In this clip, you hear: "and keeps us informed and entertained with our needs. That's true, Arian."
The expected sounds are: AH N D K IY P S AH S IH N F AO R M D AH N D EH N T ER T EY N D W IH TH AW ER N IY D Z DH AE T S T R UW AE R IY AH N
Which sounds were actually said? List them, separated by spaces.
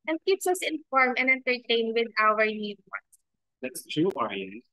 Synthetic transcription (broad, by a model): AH N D K IY P S AH S IH N F AO R M AH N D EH N T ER T EY N W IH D AW ER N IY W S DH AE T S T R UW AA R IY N